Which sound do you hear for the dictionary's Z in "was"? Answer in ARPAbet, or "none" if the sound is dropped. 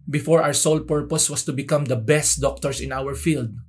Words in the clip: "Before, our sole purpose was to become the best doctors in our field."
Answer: S